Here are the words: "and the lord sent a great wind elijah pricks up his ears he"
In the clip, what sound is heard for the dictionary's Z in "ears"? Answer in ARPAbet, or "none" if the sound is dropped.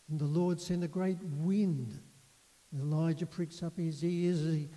Z